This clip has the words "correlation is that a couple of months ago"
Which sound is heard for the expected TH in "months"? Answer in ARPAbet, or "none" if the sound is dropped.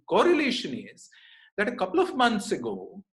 T